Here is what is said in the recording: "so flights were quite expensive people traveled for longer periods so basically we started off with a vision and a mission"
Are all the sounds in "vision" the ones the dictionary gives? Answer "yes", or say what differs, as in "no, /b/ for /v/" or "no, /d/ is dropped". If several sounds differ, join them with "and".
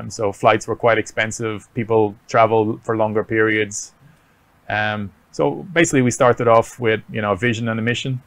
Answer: yes